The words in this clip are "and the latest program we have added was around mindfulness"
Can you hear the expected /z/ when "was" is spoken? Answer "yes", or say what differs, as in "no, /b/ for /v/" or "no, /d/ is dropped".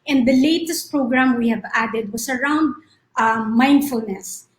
no, /s/ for /z/